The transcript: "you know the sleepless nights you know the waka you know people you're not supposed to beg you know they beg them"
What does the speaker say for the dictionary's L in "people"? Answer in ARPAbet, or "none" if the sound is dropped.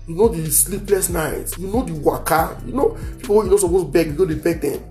W